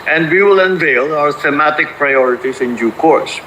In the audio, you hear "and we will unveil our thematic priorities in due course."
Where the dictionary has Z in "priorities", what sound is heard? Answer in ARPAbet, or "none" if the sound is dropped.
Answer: S